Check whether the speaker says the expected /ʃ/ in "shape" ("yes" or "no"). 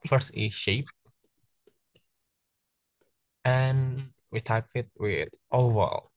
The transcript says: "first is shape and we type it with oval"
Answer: yes